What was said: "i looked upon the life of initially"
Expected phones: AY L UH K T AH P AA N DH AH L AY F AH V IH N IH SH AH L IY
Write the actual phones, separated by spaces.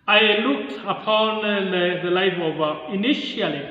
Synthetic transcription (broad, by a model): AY L UH K T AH P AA N DH AH L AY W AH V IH N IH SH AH L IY